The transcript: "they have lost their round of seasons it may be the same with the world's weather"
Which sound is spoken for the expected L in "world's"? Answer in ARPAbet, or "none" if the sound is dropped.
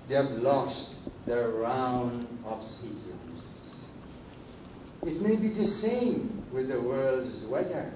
L